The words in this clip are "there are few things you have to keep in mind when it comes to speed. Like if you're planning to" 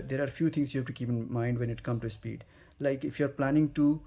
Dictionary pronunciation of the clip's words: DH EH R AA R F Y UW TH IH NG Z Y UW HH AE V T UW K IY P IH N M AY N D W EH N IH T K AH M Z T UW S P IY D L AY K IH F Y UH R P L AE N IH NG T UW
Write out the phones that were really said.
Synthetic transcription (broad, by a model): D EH R AA R F Y UW T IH NG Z Y UW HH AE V T UW K IY P IH N M AY N D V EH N IH T K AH M T UW S P IY D L AY K IH F Y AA R P L AE N IH NG T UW